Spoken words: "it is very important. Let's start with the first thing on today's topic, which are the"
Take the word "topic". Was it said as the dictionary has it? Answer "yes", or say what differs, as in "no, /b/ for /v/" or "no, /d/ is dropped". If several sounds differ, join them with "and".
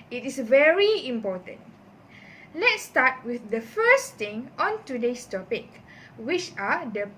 yes